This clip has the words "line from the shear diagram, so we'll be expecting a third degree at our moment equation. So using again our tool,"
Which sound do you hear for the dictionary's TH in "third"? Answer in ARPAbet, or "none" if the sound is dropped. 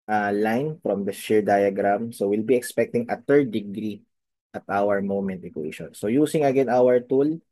T